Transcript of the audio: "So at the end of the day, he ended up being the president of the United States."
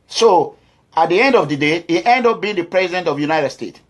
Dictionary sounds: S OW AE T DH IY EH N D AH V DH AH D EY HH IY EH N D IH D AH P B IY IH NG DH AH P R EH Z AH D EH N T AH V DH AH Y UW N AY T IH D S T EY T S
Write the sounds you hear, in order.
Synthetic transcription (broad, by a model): S OW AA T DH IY EH N D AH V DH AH D EY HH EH N D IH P B IY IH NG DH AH P R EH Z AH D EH N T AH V Y UW N AY T IH D S T EY T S